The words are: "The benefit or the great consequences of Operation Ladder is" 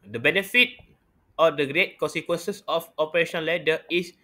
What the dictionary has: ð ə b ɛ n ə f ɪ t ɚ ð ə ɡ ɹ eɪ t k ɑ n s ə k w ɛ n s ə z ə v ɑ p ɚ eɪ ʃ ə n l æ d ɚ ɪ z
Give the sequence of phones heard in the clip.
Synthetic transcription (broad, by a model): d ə b ɛ n ə f ɪ t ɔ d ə ɡ ɹ eɪ t k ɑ n s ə k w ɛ n s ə s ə f ɑ p ɚ eɪ ʃ ə n l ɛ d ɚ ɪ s